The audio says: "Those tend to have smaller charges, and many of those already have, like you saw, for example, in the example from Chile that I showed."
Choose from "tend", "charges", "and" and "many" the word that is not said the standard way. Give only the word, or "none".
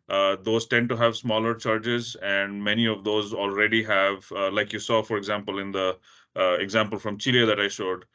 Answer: none